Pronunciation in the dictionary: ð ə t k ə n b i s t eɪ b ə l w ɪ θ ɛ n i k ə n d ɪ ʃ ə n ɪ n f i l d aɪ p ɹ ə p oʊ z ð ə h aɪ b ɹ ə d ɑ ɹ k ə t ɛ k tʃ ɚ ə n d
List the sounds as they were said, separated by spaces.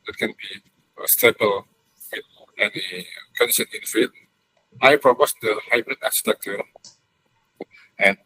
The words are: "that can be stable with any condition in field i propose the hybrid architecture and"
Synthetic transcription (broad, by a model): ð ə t k ə n b i s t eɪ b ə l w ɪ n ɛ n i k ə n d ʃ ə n ɪ n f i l aɪ p ɹ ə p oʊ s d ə h aɪ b ɹ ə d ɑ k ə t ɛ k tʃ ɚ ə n